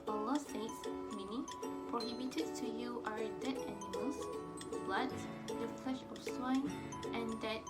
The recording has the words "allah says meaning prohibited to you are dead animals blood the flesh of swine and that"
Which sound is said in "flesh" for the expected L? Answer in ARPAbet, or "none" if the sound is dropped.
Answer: L